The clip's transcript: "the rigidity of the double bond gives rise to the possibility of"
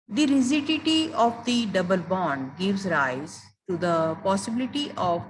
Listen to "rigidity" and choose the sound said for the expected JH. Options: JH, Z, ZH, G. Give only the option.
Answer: Z